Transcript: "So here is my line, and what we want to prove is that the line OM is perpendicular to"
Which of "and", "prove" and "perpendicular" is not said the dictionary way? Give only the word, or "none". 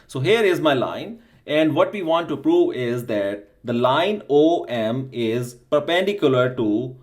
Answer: none